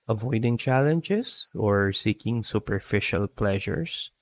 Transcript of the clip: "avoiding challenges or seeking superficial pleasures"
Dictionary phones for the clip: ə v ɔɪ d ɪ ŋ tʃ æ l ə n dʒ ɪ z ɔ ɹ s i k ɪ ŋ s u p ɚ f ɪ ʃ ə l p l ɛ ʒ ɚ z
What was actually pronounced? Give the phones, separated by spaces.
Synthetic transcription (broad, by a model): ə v ɔɪ d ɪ ŋ tʃ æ l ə n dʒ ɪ s ɔ ɹ s i k ɪ ŋ s u p ɚ f ɪ ʃ ə l p l ɛ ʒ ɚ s